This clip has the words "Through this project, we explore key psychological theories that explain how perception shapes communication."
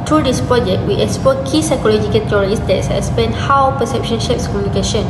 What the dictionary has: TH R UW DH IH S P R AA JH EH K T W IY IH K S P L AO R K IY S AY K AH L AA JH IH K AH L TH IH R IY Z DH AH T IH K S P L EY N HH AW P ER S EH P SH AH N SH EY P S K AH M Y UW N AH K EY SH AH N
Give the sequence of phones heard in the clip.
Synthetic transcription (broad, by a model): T R UW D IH S P R AA JH EH K T W IY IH K S P AO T K IY S AY K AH L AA JH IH K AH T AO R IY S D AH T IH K S P EY N HH AW P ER S EH P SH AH N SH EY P S K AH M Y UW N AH K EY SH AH N